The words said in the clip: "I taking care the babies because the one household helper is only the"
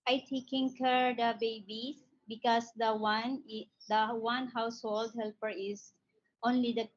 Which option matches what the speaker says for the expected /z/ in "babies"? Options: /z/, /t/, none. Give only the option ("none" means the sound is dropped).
none